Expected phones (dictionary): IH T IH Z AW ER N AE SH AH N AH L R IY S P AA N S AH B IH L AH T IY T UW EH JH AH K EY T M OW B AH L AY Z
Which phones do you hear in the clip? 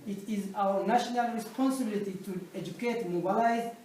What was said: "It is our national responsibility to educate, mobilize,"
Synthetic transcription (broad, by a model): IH T IH Z AW ER N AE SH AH N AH L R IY S P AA N S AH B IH L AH T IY T UW EH JH AH K EY T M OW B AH L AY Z